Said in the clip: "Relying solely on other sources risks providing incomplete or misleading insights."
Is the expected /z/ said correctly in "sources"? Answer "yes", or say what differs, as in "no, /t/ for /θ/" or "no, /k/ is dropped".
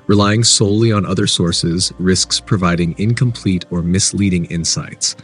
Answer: yes